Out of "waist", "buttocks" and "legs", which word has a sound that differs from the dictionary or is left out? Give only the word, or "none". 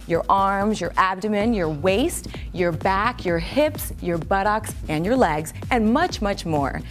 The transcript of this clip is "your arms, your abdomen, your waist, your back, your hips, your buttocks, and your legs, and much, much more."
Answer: none